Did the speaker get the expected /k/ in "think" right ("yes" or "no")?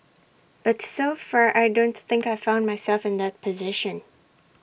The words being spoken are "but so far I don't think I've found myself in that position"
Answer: yes